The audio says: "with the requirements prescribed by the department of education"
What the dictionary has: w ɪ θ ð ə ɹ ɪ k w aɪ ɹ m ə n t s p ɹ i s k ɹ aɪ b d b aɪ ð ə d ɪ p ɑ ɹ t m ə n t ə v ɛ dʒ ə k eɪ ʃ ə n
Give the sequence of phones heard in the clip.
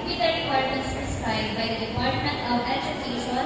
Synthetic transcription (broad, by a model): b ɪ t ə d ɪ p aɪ ɹ m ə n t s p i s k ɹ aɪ d b aɪ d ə d ɪ p ɑ ɹ t m ə n t ə v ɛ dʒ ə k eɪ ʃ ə